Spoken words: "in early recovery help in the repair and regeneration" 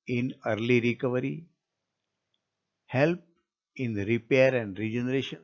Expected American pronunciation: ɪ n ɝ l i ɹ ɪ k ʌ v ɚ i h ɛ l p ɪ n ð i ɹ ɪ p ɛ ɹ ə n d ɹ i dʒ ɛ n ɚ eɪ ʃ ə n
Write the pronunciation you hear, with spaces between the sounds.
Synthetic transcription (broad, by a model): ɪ n ɝ l i ɹ ɪ k ʌ v ɚ i h ɛ l p ɪ n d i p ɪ ʌ ɹ ə n d ɹ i dʒ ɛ n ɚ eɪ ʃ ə n